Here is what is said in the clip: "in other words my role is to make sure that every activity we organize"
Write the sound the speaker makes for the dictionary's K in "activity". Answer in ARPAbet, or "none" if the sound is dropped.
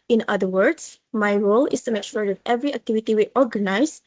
K